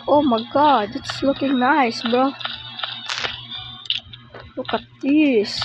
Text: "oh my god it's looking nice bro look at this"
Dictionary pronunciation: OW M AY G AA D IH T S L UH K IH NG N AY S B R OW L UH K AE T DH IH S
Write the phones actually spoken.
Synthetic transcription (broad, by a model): OW M AY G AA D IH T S L UH K IH NG N AY S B OW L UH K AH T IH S